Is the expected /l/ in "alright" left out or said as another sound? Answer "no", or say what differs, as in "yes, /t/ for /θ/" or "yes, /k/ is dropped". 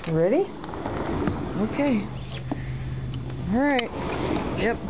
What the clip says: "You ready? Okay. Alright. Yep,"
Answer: yes, /l/ is dropped